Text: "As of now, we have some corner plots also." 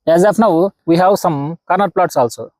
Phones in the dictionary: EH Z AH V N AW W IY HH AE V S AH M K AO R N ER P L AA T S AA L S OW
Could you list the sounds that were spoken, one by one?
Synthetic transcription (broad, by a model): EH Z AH P N AW W IY HH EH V S AH M K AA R N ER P L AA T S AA L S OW